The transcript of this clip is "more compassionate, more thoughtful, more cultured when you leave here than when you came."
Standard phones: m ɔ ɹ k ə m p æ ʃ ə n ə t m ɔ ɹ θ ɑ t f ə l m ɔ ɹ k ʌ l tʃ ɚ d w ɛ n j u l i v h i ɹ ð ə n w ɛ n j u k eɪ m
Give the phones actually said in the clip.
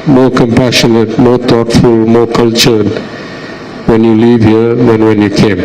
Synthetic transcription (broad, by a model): m ɔ ɹ k ə m p æ ʃ ə n ə t m ɔ ɹ t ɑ t f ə l m ɔ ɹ k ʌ l tʃ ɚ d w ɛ n j u l i v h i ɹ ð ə n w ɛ n j u k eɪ m